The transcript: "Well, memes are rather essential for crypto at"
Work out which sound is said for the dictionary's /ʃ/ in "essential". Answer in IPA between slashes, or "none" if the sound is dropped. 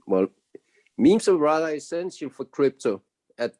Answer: /s/